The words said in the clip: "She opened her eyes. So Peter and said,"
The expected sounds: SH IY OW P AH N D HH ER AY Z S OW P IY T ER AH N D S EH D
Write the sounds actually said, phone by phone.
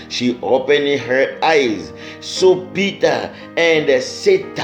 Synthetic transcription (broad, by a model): SH IY OW P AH N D HH ER AY Z S OW B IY T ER AH N D S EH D